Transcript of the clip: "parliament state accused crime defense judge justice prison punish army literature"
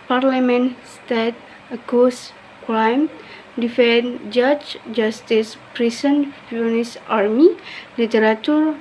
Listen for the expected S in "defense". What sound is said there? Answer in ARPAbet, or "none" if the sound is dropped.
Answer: none